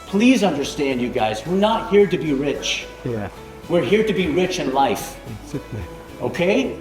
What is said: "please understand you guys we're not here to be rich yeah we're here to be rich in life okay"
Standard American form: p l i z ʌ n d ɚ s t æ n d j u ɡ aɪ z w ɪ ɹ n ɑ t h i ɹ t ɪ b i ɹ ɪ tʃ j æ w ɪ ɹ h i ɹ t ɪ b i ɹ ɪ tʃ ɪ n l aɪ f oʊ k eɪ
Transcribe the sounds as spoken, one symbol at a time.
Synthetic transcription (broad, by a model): p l i z ʌ n d ɚ s t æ n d j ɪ ɡ aɪ z w ɪ ɹ n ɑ t h i ɹ t ɪ b i ɹ ɪ tʃ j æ w ɪ ɹ h i ɹ t ɪ b i ɹ ɪ tʃ ɪ n l aɪ f oʊ k eɪ